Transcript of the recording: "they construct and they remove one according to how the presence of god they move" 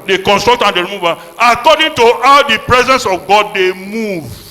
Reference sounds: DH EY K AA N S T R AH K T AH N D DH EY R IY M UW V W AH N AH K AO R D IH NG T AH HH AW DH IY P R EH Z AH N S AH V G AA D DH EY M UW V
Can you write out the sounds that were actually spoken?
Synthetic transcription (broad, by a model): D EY K AA N S T R AH K T AH N D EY R IY M UW V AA AH K AO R D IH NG T AH HH AW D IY P R EH Z AH N S AH V G AA D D EY M UW V